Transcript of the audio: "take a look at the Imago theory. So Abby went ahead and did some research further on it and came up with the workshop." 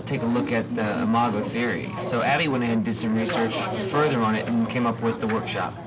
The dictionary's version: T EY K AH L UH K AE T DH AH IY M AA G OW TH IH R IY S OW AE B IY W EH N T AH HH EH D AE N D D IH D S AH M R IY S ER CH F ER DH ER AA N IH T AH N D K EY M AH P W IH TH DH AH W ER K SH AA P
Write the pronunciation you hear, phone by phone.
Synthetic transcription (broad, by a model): T EY K AH L UH K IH T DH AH M AA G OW TH IH R IY S OW AE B IY W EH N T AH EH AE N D D IH D S AH M R IY S ER CH F ER DH ER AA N IH T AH N K EY M AH P W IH DH AH W ER K SH AA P